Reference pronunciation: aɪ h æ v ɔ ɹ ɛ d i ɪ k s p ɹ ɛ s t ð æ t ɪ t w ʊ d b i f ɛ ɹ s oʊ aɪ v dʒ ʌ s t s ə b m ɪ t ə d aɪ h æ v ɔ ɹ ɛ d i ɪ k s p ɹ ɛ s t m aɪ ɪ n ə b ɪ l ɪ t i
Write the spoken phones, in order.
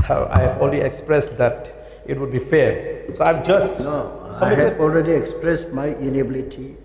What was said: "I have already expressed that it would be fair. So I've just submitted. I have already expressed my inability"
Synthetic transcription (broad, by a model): aɪ h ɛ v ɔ l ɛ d i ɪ k s p ɹ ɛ s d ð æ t ɪ t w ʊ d b i f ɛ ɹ s oʊ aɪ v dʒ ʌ s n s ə m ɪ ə ɔ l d ɹ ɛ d i ɪ k s p ɹ ɛ s t m aɪ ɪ n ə b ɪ l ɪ t i